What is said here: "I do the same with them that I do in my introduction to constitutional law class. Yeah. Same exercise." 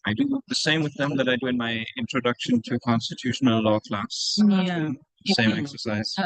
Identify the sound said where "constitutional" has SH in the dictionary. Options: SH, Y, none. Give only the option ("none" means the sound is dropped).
SH